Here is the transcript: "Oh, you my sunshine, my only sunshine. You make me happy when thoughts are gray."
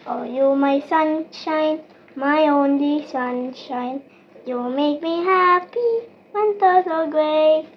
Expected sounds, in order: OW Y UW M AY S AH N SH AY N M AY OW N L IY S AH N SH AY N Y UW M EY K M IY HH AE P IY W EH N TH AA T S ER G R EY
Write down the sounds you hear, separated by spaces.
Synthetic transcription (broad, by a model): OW Y UW M AY S AH N SH AY N M AY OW N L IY S AH N SH AY N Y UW M EY K M IY HH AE P IY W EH N T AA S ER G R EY